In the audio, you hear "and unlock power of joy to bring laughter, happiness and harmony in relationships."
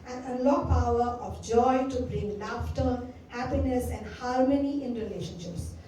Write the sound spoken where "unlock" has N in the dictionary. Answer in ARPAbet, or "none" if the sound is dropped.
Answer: none